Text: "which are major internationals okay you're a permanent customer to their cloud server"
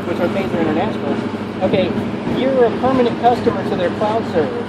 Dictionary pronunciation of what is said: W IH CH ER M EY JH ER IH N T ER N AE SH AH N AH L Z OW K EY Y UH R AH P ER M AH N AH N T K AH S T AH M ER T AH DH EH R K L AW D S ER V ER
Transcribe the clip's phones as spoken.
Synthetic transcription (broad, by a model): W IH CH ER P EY Z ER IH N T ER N AE SH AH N L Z OW K EY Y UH R AH P ER M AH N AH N K AH S T AH M ER T AH DH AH R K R AW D S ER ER